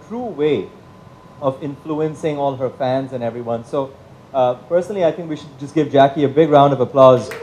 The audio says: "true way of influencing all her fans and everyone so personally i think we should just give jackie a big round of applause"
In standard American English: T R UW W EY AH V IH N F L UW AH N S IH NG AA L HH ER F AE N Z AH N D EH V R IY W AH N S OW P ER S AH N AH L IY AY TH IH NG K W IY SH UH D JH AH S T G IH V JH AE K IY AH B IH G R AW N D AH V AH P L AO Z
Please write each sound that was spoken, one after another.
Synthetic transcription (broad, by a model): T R UW W EY AH V IH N F L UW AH N S IH NG AA L HH ER F AE N Z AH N EH V R IY W AH N S OW P ER S AH N AH L IY AY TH IH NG K W IY SH UH D JH AH S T G IH V JH AE K IY AH B IH G R AW N D AH V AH P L AO Z